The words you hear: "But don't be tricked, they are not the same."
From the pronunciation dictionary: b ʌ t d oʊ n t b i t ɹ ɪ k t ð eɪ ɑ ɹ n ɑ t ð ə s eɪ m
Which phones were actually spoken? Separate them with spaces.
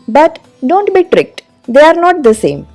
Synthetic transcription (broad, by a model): b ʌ t d oʊ n t b i t ɹ ɪ k t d eɪ ɑ ɹ n ɑ t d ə s eɪ m